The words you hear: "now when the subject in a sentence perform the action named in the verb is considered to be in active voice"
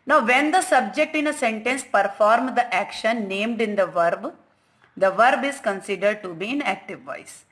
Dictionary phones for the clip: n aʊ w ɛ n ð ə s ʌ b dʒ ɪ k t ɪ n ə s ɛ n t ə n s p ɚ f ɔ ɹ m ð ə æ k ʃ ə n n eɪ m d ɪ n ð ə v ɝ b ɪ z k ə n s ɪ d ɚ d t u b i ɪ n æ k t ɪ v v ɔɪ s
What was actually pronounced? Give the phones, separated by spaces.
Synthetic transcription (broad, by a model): n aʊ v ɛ n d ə s ʌ b dʒ ɪ k t ɪ n ə s ɛ n t ə n s p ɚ f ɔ ɹ m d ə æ k ʃ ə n n eɪ m d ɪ n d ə v ɝ b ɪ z k ə n s ɪ d ɚ d t u b i ɪ n æ k t ɪ v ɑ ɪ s